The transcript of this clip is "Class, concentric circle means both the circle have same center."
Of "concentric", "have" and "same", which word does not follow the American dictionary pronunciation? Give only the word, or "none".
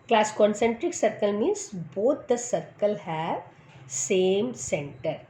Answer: none